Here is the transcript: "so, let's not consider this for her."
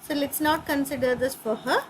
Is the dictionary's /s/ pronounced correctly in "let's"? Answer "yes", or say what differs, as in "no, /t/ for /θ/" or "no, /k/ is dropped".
yes